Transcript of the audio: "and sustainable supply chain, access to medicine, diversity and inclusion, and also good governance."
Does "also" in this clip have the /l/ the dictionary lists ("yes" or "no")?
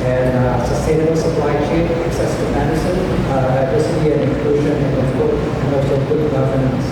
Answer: no